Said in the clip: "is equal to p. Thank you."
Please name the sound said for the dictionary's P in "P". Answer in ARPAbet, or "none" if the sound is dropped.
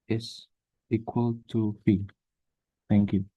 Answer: F